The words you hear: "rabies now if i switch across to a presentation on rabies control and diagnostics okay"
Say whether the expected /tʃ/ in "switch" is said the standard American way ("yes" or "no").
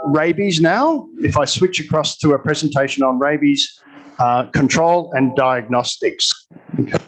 yes